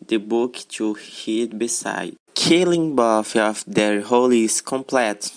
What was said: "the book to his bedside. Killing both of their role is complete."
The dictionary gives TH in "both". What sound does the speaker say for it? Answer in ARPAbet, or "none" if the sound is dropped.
F